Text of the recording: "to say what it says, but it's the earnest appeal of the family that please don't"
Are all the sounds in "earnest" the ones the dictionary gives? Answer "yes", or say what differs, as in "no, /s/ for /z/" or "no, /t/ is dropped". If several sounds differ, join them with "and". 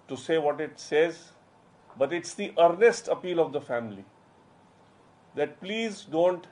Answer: yes